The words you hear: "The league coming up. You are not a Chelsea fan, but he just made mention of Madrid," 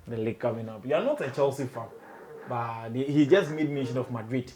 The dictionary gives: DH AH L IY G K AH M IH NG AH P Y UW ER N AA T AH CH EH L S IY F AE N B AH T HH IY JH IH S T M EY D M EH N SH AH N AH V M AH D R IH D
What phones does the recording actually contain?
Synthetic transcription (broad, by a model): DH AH L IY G K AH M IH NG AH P Y UW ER N AA T AH CH EH L S IY F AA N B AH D HH IY JH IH S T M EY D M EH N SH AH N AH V M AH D R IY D